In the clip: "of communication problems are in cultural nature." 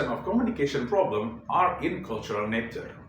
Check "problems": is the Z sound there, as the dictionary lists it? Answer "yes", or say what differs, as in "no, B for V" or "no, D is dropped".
no, Z is dropped